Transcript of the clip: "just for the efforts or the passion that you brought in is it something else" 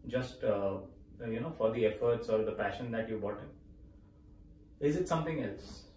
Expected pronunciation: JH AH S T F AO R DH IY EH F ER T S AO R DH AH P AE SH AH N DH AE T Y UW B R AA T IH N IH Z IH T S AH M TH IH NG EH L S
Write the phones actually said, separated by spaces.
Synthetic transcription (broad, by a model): JH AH S T F AO R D IY EH F ER T S AO R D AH P AE SH AH N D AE T Y UW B AA T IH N IH Z IH T S AH M T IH NG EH L S